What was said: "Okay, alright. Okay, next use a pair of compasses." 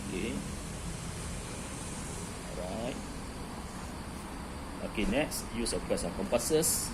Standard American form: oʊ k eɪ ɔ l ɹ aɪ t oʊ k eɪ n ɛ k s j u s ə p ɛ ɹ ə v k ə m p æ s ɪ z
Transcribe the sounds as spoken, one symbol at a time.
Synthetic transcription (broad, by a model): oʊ k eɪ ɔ ɹ aɪ t oʊ k eɪ n ɛ k s j u s ə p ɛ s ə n k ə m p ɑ s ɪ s